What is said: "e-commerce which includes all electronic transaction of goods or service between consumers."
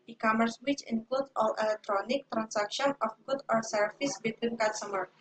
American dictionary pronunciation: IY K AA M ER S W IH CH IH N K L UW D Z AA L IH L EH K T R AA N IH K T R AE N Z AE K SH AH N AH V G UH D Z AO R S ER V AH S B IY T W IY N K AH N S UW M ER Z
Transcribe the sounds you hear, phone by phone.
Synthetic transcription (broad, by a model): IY K AA M ER S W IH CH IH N K L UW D AA L IH L EH K T R AA N IH K T R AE N S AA K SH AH N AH F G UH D AO R S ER F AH S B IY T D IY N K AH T S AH M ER